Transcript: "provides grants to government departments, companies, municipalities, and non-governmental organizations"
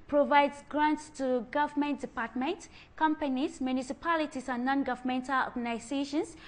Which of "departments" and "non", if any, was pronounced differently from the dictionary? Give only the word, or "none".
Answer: departments